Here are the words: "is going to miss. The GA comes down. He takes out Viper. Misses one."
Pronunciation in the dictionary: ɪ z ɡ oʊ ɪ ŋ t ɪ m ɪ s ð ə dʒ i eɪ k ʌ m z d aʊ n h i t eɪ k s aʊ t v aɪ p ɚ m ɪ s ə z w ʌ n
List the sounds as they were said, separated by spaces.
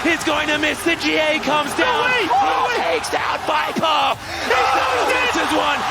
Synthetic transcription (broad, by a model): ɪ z ɡ oʊ ɪ ŋ t ɪ m ɪ s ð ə dʒ i eɪ k ʌ m z d aʊ n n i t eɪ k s aʊ t b aɪ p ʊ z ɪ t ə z w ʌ n